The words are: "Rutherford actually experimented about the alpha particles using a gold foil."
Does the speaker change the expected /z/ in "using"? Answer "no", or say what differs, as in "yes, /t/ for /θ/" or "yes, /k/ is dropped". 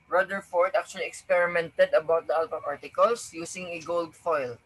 yes, /s/ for /z/